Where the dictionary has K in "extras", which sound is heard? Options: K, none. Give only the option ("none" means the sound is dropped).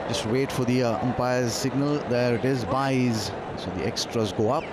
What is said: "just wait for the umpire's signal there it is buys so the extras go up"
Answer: K